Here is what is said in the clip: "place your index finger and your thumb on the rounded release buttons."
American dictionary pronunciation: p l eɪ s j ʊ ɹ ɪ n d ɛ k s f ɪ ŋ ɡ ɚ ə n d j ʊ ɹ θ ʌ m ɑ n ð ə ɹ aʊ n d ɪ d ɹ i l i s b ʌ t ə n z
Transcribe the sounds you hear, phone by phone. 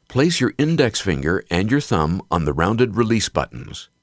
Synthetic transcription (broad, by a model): p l eɪ s j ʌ ɹ ɪ n d ɛ k s f ɪ ŋ ɡ ɚ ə n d j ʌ ɹ θ ʌ m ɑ n ð ə ɹ aʊ n d ɪ d ɹ i l i s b ʌ t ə n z